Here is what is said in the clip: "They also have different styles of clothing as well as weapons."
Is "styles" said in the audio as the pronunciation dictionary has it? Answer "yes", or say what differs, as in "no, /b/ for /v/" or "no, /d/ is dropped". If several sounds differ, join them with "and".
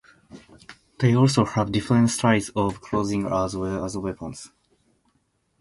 no, /l/ is dropped